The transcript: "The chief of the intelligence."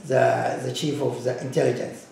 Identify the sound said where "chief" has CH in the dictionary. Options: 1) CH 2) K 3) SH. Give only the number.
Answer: 1